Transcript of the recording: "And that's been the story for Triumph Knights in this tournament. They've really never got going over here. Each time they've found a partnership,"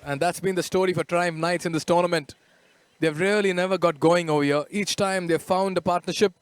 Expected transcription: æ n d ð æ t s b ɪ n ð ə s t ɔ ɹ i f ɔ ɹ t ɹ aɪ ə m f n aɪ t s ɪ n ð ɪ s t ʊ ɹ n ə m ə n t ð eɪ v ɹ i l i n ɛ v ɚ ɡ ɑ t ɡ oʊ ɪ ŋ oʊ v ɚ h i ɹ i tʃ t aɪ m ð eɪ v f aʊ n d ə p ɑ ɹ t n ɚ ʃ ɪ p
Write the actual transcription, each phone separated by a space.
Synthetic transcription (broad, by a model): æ n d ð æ t s b ɪ n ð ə s t ɔ ɹ i f ɔ ɹ t ɹ aɪ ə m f n aɪ t s ɪ n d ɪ s t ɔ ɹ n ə m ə n t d eɪ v ɹ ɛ l i n ɛ v ɚ ɡ ɑ t ɡ oʊ ɪ ŋ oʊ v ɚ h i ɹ i tʃ t aɪ m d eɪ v f aʊ n d ə p ɑ ɹ t n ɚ ʃ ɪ p